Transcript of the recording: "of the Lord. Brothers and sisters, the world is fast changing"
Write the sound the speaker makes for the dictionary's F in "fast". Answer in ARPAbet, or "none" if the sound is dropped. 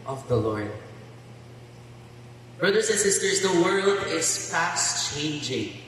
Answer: P